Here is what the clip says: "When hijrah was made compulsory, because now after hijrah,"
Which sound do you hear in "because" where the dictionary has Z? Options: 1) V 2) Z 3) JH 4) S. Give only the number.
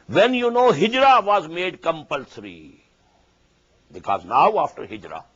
2